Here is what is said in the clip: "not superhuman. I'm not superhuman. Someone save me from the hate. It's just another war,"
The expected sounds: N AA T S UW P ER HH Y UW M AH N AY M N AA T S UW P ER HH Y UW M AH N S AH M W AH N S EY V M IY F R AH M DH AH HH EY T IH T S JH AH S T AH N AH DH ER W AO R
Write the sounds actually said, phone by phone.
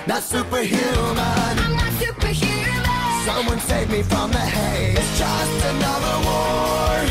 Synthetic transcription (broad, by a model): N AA T S UW P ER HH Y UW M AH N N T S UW P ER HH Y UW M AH S AH M W AH N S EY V M IY F R AH M DH AH HH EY IH T S JH AH S T AH N AH DH ER W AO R